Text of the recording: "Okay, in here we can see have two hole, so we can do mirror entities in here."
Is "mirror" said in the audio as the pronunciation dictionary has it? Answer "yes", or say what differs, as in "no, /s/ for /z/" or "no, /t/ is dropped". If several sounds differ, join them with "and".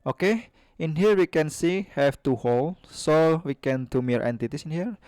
no, /ɹ/ is dropped